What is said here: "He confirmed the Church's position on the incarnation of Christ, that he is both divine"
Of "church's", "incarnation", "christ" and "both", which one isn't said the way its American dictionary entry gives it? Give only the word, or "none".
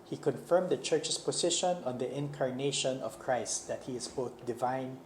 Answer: church's